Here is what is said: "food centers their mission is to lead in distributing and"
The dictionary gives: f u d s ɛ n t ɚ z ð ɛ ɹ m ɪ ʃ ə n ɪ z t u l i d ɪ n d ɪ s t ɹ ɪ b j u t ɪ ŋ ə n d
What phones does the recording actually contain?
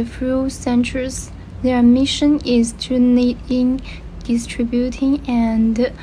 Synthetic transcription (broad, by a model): f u s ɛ n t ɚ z ð ɛ ɹ m ɪ ʃ ə n ɪ z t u n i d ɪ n d ɪ s t ɹ ɪ b j u t ɪ ŋ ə n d